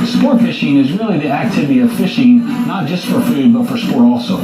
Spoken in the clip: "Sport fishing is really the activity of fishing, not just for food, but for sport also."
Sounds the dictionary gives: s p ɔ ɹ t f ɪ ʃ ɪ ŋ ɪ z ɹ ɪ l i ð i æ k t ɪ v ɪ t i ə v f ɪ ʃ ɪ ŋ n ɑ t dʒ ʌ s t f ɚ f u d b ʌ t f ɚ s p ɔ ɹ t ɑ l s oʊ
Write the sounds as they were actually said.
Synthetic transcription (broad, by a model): s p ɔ ɹ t f ɪ ʃ ɪ ŋ ɪ z ɹ ɪ l i ð i æ k t ɪ v ɪ t i ə v f ɪ ʃ ɪ ŋ n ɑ t dʒ ʌ s t f ɚ f u d b ʌ t f ɚ s p ɔ ɹ t ɑ l s oʊ